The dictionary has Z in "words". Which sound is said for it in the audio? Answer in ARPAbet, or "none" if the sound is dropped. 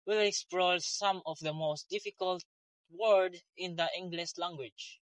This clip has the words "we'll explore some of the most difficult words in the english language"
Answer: none